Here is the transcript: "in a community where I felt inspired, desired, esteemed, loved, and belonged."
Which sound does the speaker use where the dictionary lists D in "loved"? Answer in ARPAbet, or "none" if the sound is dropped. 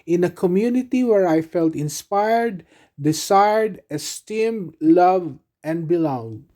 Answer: none